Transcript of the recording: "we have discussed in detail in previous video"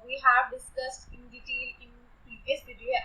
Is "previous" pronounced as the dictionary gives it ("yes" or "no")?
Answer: no